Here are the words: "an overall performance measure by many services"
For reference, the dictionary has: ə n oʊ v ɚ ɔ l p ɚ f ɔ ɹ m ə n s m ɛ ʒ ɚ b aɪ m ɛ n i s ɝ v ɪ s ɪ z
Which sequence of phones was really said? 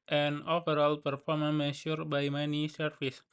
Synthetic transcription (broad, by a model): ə n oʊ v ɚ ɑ l p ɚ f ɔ ɹ m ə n m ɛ ʃ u b aɪ m ɛ n i s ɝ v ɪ s